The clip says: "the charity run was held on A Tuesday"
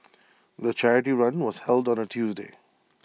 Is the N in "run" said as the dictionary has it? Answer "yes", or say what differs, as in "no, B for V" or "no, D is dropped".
yes